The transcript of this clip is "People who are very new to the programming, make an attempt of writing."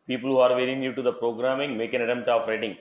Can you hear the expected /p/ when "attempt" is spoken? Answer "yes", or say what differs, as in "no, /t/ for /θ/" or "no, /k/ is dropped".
no, /p/ is dropped